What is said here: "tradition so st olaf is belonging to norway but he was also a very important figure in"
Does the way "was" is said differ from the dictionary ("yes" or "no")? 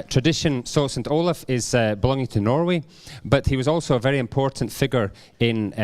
no